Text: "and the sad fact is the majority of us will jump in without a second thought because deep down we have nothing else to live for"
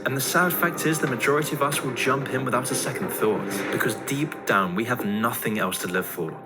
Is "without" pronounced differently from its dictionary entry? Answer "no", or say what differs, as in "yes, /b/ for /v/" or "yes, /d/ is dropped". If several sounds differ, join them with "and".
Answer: no